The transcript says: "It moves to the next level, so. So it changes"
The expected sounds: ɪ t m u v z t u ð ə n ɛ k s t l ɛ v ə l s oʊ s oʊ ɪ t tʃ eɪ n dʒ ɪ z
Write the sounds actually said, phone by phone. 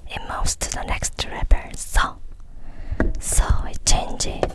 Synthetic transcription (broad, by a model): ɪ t m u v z t u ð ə n ɛ k s t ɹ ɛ p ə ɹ s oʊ s oʊ ɪ t tʃ eɪ n dʒ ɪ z